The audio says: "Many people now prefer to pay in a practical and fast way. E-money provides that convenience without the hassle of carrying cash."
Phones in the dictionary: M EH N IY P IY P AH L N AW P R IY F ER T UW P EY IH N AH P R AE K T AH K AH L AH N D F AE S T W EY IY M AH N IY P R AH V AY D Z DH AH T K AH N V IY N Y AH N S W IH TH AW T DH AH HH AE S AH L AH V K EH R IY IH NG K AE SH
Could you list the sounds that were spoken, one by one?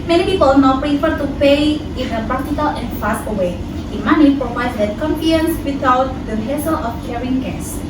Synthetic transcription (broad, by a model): M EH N IY P IY P AH L N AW P R IY F ER T UW P EY IH N AH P AA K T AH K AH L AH N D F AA S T W EY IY M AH N IY P R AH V AY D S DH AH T K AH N F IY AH N S W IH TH AW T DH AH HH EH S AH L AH F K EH R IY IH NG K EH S